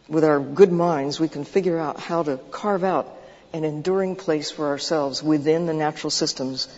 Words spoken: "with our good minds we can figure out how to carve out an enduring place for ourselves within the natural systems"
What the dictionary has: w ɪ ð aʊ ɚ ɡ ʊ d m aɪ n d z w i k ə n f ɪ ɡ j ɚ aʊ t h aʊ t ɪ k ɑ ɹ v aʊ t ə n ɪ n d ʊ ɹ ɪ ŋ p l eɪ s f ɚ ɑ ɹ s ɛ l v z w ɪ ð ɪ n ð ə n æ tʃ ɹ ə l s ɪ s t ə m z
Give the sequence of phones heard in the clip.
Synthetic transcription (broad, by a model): w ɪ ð aʊ ɚ ɡ ʊ d m aɪ n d z w i k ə n f ɪ ɡ j ɚ aʊ t h aʊ t ɪ k ɑ ɹ v aʊ t ə n ɪ n d ʊ ɹ ɪ ŋ p l eɪ s f ɚ ɑ ɹ s ɛ l v z w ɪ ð ɪ n ð ə n æ tʃ ɹ l s ɪ s t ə m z